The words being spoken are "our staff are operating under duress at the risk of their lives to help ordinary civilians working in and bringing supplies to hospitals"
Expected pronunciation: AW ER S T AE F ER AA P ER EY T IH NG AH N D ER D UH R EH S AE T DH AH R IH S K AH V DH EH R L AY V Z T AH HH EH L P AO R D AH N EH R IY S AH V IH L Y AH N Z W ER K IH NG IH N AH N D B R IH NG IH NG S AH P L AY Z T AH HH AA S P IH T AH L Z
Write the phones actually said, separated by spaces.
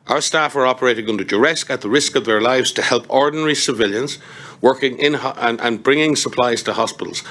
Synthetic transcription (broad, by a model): AW ER S T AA F ER AA P ER EY T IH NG AH N D ER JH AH R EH S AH T DH AH R IH S K AH V DH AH R L AY V Z T AH HH EH L P AO R D N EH R IY S AH V IH L Y AH N Z W ER K IH NG IH N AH N B R IH NG IH NG S AH P L AY Z T AH HH AA S P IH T L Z